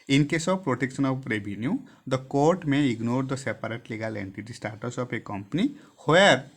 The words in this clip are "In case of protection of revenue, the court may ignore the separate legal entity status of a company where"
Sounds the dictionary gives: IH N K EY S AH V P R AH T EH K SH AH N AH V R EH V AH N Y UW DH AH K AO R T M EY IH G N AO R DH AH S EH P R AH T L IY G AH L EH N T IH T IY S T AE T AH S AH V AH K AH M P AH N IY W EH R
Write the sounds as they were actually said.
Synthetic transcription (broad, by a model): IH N K EY S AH B P R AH T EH K S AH N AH P R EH B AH N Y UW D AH K AO R T M EY IH G N AO R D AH S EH P R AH T L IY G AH L EH N T IH T IY S T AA T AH S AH P AH K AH M P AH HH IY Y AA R